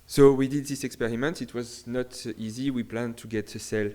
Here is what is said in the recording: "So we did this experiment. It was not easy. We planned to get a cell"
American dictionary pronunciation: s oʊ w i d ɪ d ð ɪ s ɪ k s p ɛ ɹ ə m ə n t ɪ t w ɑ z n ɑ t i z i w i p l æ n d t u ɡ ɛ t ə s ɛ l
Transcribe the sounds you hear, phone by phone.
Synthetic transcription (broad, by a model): s oʊ w i d ɪ d ð ɪ s ɪ k s p ɛ ɹ ə m ə n t ɪ t w ɑ z n ɑ t i z i w i p l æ n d t u ɡ ɛ t ə s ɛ l